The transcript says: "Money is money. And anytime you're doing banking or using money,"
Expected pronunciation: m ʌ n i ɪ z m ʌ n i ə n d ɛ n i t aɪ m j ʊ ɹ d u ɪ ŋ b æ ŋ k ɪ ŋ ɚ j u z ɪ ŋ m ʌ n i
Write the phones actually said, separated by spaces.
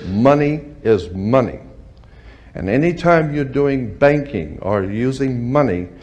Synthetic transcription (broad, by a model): m ʌ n i ɪ z m ʌ n i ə n ɛ n i t aɪ m j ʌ ɹ d u ɪ ŋ b æ ŋ k ɪ ŋ ɚ j u z ɪ ŋ m ʌ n i